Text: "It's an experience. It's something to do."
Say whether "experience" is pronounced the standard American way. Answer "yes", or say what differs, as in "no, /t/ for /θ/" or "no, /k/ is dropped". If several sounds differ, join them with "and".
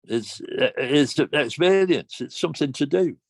no, /l/ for /ɹ/